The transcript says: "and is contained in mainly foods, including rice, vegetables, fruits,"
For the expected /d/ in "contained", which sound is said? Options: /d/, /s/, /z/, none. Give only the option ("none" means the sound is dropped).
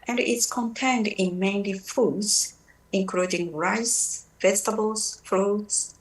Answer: /d/